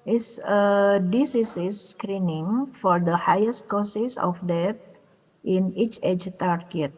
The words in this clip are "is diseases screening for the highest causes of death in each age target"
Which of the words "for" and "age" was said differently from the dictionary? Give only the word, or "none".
none